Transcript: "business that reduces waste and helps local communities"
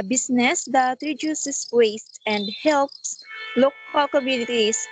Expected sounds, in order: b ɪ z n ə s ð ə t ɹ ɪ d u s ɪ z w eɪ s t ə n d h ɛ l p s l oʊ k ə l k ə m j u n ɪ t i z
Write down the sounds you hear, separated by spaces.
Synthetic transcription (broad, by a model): b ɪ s n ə s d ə t ɹ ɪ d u s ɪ s w eɪ s t ə n d h ɛ l p s l oʊ k ə l k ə m j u n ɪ t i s